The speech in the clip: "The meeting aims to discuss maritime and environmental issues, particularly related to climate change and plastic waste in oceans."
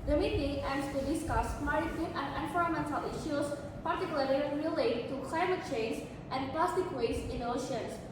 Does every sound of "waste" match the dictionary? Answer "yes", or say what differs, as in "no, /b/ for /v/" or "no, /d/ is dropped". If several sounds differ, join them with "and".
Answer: no, /t/ is dropped